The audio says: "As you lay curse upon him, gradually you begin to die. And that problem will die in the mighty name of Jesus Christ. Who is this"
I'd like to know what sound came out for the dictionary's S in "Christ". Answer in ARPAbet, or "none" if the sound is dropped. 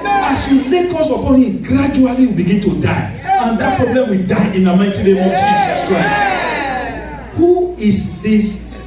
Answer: none